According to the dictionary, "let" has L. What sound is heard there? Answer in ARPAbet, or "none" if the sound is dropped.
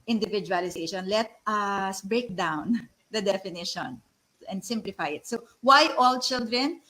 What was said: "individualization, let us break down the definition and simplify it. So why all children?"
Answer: L